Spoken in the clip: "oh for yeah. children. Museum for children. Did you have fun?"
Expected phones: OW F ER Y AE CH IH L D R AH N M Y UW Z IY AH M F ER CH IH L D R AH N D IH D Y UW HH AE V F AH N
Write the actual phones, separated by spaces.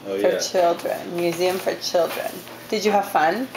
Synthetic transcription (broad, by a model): F ER CH IH L D R AH N M Y UW Z IY AH M F ER CH IH L D R AH N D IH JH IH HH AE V F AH N